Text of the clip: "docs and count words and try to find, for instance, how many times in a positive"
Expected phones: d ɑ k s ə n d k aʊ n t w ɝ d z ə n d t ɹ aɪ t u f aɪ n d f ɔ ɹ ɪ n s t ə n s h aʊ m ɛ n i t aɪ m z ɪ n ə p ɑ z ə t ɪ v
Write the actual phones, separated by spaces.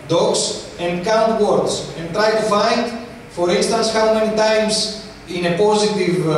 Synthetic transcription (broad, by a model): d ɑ k s ə n d k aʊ n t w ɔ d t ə n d t ɹ aɪ t u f aɪ n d f ɔ ɹ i n s t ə n s h aʊ m ɛ n i t aɪ m s ɪ n ə p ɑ z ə t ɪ v